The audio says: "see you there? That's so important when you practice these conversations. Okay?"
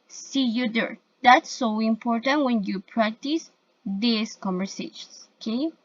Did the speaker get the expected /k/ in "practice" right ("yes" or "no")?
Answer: yes